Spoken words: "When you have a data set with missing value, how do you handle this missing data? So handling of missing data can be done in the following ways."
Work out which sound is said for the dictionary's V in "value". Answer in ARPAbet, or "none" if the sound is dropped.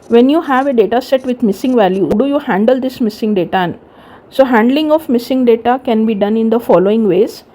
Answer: V